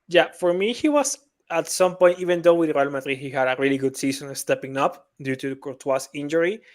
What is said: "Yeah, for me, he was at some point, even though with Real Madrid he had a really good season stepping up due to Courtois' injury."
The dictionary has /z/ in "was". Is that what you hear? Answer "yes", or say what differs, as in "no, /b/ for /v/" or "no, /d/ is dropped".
no, /s/ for /z/